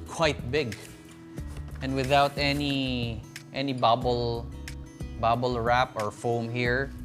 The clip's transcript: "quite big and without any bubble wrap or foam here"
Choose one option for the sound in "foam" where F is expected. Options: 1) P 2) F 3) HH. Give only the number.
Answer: 2